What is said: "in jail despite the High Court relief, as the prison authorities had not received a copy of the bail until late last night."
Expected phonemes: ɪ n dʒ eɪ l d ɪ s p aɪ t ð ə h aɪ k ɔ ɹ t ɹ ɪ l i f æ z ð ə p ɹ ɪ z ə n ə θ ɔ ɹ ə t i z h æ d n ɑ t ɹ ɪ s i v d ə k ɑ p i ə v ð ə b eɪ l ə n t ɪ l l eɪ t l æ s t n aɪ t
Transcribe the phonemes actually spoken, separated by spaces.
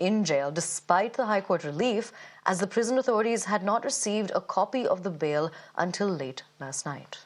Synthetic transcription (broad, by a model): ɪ n dʒ eɪ l d ɪ s p aɪ t ð ə h aɪ k ɔ ɹ t ɹ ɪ l i f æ z ð ə p ɹ ɪ z ə n ə θ ɔ ɹ ə t i z h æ d n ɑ t ɹ ɪ s i v d ə k ɑ p i ə v ð ə b eɪ l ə n t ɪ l l eɪ t l æ s t n aɪ t